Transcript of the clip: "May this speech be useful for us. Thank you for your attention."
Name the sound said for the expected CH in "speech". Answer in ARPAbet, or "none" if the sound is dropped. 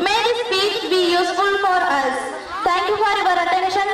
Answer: S